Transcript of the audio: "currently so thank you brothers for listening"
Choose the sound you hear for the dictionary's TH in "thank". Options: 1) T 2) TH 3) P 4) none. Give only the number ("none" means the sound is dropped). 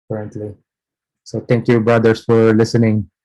1